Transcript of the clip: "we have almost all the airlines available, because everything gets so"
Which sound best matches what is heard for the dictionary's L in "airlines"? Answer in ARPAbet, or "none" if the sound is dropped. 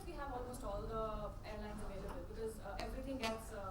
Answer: L